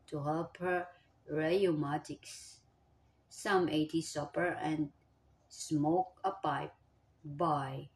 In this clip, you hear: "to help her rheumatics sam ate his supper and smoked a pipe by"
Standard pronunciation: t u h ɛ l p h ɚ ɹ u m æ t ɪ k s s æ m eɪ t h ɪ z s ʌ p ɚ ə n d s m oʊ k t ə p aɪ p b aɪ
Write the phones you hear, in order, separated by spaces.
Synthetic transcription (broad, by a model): t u h ɛ l p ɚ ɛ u m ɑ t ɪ k s s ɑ m eɪ t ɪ s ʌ p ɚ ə n s m oʊ k ə p aɪ p b aɪ